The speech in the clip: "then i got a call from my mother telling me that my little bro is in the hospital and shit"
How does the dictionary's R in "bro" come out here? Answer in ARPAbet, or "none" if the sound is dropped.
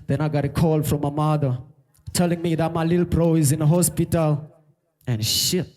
R